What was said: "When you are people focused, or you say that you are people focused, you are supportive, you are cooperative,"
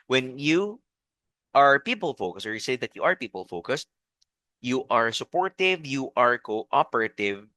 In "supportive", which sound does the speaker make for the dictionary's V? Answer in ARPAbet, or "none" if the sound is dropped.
V